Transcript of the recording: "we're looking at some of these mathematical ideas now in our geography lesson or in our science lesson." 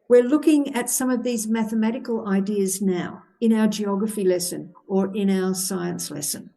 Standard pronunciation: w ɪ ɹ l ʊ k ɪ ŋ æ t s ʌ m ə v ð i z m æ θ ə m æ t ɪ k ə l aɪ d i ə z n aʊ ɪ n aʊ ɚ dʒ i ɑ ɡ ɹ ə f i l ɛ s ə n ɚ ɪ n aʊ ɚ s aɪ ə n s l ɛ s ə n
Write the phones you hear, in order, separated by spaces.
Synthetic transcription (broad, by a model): w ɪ ɹ l ʊ k ɪ ŋ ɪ t s ʌ m ə v ð i z m æ θ ə m æ t ɪ k ə l aɪ d i ə z n aʊ ɪ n aʊ ɚ dʒ i ɑ ɡ ɹ ə f i l ɛ s ə n ɚ ɪ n aʊ ɚ s aɪ ə n s l ɛ s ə n